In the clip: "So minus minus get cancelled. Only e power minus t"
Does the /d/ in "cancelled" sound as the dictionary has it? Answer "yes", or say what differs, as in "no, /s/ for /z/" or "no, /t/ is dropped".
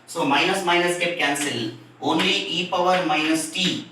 no, /d/ is dropped